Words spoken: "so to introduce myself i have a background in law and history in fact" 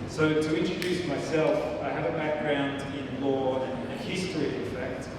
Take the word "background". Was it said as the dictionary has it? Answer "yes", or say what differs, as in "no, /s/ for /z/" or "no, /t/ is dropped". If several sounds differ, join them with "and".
yes